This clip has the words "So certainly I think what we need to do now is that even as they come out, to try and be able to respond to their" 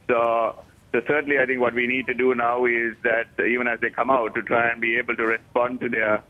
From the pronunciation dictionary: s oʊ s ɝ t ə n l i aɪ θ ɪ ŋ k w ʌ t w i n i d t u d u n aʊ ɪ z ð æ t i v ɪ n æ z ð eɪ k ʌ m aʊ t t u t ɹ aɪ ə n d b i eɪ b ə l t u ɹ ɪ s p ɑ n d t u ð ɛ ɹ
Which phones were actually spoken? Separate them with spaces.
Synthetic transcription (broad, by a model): s oʊ s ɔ s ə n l i aɪ t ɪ ŋ k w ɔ t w i n i d t u d u n aʊ ɪ z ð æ t i v ɪ n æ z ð eɪ k ʌ m aʊ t t u t ɹ aɪ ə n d b i eɪ b ə l t u ɹ ɪ s p ɑ n d t u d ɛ